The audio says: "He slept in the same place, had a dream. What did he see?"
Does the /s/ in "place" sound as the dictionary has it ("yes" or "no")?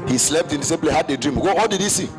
no